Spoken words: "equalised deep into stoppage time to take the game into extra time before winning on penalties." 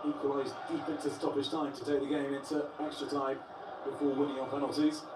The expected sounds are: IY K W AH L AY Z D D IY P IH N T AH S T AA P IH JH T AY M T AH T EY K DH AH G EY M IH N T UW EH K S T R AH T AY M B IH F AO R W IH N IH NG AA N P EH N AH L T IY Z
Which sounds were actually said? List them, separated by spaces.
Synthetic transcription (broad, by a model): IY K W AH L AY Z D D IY F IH N S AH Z T AA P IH Z T AY M T AH T EY K DH AH G EY M IH N T UW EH K S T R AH T AY M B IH F AO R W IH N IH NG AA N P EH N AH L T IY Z